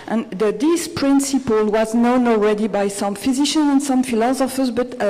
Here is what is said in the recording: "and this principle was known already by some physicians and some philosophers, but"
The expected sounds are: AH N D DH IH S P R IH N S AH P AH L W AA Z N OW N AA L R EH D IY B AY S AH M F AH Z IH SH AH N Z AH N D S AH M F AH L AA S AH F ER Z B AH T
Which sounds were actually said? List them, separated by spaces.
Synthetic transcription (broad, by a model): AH N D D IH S P R IH N S AH P AH L W AA Z N OW N AA L R EH D IY B AY S AH M F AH Z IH SH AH N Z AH N S AH M F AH L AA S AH F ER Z B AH T